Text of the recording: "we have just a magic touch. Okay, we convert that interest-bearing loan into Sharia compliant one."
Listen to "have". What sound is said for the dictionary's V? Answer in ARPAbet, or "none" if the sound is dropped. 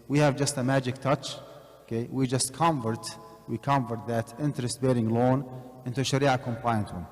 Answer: V